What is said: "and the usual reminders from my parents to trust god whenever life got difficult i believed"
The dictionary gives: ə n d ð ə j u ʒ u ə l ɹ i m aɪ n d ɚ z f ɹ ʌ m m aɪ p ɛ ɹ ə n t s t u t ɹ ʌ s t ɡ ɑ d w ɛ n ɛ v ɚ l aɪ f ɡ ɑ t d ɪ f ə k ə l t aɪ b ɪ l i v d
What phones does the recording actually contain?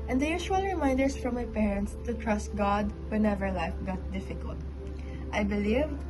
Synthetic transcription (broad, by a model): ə n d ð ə j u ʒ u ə l ɹ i m aɪ n d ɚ s f ɹ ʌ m m aɪ p ɛ ɹ ə n t s t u t ɹ ʌ s t ɡ ɑ d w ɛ n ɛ v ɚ l aɪ f ɡ ɑ t d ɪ f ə k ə l t aɪ b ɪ l i v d